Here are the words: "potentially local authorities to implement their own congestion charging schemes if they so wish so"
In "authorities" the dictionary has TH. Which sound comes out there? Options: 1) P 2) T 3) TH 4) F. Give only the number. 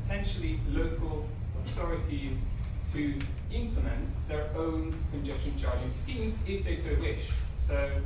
3